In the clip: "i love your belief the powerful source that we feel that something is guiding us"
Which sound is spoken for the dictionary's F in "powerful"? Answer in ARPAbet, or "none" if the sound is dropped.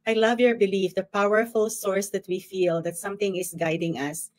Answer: F